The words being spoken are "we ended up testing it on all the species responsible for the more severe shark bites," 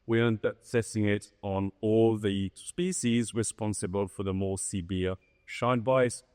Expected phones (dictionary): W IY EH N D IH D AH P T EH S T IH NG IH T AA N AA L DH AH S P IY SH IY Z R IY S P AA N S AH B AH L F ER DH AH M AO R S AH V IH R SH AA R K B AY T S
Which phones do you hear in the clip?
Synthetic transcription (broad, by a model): W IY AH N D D AH P S EH S IH NG IH T N AA L DH AH S P IY SH IY Z R IY S P AA N S AH B AH L F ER DH AH M AO R S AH B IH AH SH AA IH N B AY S